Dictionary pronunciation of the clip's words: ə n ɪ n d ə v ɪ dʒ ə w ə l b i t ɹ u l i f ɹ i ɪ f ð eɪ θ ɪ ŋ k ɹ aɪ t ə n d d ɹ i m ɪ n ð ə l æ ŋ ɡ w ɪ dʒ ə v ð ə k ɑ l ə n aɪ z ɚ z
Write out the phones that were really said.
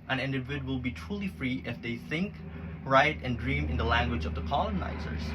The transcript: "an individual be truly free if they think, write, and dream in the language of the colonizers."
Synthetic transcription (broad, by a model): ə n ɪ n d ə w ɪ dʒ w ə l b i t ɹ u l i f ɹ i ɪ f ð eɪ θ ɪ ŋ k ɹ aɪ t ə n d d ɹ i m ɪ n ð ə l æ ŋ ɡ w ɪ dʒ ə v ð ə k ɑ l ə n aɪ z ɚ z